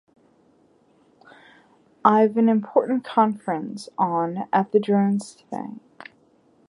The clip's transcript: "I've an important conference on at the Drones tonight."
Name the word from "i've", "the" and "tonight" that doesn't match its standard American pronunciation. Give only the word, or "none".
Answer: tonight